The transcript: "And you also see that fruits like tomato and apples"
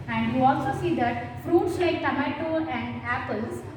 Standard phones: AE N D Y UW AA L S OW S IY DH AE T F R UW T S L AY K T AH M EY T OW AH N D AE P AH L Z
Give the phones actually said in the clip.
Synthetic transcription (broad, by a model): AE N D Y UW AA L S OW S IY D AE T F R UW T S L AY K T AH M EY T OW AH N D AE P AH L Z